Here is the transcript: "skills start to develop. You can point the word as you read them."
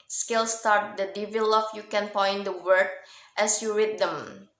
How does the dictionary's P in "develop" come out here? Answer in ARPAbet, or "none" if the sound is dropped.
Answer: F